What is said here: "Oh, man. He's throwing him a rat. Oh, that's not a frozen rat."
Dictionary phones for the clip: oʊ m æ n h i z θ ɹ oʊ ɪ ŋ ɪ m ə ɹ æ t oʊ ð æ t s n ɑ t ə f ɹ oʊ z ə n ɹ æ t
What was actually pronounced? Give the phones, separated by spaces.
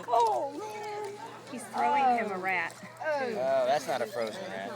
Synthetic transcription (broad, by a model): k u l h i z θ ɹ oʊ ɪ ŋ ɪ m ə ɹ æ t oʊ ð æ t s n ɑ t ə f ɹ oʊ z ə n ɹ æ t